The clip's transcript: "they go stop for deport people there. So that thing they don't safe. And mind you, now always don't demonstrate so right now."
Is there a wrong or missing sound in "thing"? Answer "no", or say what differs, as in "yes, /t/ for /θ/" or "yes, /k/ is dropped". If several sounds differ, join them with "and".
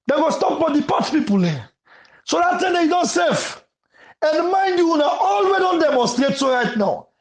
yes, /t/ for /θ/